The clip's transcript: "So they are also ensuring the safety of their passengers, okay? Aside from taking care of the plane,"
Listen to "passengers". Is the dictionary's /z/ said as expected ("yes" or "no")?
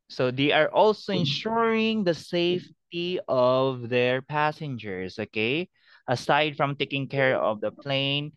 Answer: no